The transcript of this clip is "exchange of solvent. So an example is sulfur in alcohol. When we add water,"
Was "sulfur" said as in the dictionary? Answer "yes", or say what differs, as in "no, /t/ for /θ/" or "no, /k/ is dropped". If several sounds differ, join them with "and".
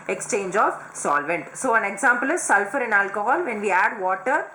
yes